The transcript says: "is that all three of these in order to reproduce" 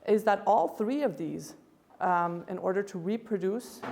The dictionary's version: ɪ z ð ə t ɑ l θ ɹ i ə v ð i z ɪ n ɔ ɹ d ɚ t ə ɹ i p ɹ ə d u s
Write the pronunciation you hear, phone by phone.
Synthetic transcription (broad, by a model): ɪ z ð ə t ɑ l θ ɹ i ə v ð i z ɪ n ɔ ɹ d ɚ t ə ɹ i p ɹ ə d u s